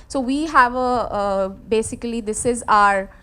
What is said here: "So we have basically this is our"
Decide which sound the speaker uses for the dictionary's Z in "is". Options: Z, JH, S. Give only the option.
Z